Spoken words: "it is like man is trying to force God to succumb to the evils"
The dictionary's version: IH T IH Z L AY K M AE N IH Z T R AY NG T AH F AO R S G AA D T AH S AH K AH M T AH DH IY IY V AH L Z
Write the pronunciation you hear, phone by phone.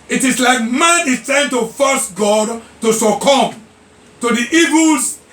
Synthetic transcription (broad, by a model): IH T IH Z L AY K M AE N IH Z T AY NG T AH F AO S G AA D T AH S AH K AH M T AH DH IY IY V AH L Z